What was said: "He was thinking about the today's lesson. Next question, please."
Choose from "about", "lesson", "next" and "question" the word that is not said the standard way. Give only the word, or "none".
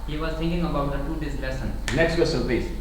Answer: question